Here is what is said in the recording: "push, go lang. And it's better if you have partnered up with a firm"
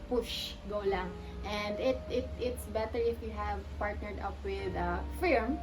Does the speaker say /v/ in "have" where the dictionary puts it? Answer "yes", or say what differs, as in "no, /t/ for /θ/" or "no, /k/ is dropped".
yes